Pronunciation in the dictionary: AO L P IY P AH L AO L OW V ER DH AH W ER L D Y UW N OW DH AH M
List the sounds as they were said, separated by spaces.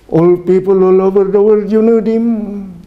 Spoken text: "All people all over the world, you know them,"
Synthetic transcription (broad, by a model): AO L P IY P AH L AO L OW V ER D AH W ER D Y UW N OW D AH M